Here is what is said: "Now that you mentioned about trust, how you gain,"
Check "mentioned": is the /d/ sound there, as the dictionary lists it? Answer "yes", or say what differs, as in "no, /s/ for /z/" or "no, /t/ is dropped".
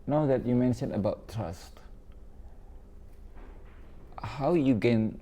no, /d/ is dropped